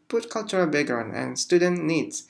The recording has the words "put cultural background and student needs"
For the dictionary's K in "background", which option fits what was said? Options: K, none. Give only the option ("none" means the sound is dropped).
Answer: none